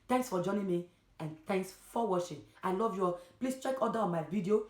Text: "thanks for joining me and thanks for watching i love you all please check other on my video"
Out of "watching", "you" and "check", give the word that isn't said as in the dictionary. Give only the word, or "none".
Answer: watching